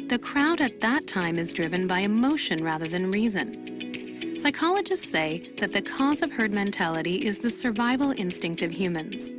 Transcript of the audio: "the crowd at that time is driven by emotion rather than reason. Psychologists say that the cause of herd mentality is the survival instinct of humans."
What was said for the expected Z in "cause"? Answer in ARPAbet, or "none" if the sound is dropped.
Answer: Z